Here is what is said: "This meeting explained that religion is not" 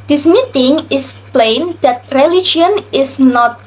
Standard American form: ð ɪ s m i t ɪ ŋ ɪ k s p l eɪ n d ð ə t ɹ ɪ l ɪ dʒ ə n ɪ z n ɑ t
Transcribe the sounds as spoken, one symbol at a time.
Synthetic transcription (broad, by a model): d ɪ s m i t ɪ ŋ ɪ s p l eɪ n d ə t ɹ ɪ l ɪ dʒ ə n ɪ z n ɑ t